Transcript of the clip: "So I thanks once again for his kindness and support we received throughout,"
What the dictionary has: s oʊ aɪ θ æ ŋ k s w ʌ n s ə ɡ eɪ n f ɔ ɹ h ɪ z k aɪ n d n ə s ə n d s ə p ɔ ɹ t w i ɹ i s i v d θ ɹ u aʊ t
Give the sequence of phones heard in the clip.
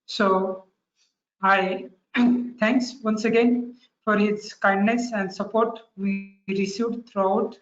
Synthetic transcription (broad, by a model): s oʊ aɪ t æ ŋ k s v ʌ n s ə ɡ eɪ n f ɔ ɹ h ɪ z k aɪ n d n ə s ə n d s ə p ɔ ɹ t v i ɹ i s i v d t ɹ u aʊ t